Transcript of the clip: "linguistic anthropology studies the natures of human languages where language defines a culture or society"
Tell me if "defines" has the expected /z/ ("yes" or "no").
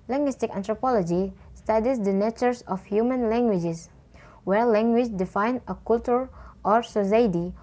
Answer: no